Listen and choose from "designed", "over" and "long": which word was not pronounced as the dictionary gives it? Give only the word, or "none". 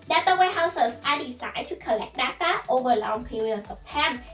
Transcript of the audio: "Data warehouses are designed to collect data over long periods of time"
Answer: designed